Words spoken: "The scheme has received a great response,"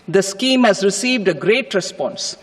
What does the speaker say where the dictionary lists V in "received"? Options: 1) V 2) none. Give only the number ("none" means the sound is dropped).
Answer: 1